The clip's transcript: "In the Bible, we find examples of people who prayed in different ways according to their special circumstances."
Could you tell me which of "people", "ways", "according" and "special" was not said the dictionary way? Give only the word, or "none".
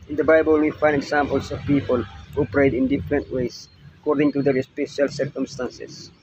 ways